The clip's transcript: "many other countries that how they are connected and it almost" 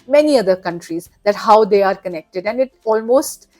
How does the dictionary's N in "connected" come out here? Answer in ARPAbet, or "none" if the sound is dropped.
N